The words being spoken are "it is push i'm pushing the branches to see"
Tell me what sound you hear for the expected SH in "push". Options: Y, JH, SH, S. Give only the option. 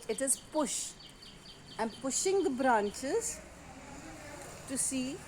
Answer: SH